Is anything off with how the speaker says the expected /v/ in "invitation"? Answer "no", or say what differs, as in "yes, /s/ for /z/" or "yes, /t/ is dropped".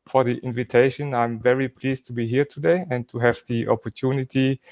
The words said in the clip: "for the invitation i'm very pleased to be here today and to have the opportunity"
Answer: no